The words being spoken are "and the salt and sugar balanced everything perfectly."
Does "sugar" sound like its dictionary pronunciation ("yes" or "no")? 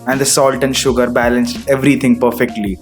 yes